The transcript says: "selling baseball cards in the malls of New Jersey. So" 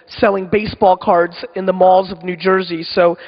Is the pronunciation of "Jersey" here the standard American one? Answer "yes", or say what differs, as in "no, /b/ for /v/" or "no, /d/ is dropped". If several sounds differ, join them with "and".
yes